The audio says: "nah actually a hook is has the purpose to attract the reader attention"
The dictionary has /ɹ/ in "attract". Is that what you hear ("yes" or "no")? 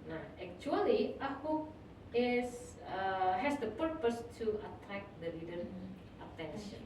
no